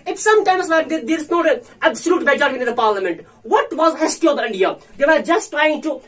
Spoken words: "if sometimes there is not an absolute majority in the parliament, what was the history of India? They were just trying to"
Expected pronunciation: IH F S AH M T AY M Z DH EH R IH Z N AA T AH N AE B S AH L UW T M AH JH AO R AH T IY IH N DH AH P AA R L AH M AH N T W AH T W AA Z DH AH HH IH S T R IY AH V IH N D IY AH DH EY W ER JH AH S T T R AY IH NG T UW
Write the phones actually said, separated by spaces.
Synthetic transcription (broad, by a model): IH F S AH M T AY M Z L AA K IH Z N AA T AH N AE B S AH L UW T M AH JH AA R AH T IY IH N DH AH P AA R L AH M AH N T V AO T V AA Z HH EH S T IY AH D IH N D IY AH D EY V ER JH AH S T T R AY IH NG T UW